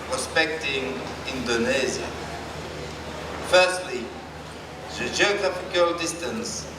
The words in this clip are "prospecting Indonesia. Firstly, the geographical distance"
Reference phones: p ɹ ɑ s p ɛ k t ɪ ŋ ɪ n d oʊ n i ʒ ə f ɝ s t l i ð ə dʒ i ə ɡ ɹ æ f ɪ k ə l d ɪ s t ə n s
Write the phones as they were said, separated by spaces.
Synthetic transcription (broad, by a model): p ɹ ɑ s p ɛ k t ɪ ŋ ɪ n d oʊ n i z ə f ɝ s t l i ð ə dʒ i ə ɡ ɹ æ f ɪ k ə l d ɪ s t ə n s